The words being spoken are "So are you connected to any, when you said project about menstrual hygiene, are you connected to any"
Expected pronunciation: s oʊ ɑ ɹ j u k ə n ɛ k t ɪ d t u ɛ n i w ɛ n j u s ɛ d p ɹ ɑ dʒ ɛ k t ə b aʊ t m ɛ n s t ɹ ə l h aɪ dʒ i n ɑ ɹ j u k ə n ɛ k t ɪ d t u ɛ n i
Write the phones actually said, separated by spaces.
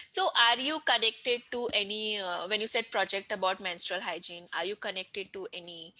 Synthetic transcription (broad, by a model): s oʊ ɑ ɹ j u k ə n ɛ k t ɪ d t u ɛ n i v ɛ n j u s ɛ d p ɹ ɑ dʒ ɛ k t ə b aʊ t m ɛ n s t ɹ ə l h aɪ dʒ i n ɑ ɹ j u k ə n ɛ k t ɪ d t u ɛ n i